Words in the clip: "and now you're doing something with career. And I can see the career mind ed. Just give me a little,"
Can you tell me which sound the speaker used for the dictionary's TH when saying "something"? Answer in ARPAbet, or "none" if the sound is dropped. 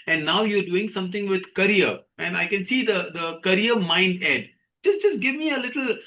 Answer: T